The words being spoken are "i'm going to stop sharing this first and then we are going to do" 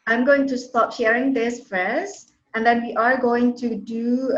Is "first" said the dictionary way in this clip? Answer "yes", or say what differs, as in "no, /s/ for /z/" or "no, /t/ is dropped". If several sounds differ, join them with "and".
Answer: no, /t/ is dropped